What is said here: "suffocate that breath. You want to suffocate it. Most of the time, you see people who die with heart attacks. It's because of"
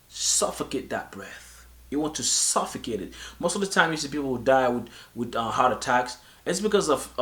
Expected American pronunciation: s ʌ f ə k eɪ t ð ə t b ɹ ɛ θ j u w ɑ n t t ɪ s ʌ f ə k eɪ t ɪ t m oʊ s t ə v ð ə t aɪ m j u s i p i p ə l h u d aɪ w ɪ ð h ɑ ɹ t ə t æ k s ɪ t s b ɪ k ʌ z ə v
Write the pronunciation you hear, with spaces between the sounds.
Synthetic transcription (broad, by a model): s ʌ f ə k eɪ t ð ə t b ɹ ɛ θ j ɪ w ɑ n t t ɪ s ʌ f ə k eɪ t ɪ t m oʊ s t ə v ð ə t aɪ m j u s i p i p l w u d aɪ w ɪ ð h ɑ ɹ t ə t æ k s ɪ t s b ɪ k ʌ z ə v